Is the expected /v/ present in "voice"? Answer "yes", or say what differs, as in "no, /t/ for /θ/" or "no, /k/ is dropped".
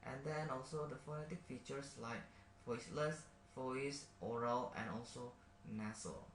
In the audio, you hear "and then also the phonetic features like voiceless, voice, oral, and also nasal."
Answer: no, /f/ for /v/